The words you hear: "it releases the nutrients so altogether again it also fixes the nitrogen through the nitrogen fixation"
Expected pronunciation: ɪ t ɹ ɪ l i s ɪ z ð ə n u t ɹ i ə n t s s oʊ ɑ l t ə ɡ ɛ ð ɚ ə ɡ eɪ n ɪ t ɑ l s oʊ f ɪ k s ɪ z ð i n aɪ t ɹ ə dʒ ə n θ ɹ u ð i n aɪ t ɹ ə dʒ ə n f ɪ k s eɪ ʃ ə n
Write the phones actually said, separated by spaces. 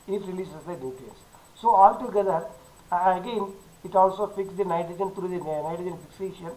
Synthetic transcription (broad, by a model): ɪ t ɹ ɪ l i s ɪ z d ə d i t i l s s oʊ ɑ l t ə ɡ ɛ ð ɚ ə ɡ eɪ n ɪ t ɑ l s oʊ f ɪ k s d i n aɪ t ɹ ə dʒ ə n t ɹ u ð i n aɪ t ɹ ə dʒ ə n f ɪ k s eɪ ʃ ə n